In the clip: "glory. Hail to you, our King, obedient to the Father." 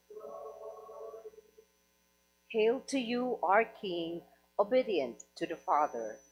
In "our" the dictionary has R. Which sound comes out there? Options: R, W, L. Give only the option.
R